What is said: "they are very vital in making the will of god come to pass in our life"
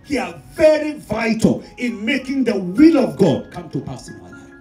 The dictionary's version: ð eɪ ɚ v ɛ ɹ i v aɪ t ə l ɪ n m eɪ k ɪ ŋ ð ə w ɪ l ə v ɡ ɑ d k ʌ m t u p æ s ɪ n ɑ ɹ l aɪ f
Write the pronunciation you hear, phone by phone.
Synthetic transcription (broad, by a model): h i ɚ v ɛ ɹ i v aɪ t ə l ɪ n m eɪ k ɪ ŋ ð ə w ɪ l ə v ɡ ɑ d k ʌ m t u p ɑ s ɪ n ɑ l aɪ